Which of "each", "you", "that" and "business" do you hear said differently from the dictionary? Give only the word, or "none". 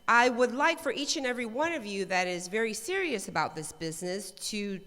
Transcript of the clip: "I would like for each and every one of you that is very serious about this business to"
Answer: none